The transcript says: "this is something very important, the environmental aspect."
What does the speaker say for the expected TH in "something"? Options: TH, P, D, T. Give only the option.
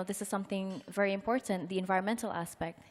TH